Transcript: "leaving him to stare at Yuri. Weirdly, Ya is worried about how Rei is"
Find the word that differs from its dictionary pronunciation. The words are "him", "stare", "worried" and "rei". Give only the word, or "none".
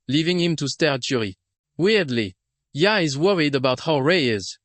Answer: none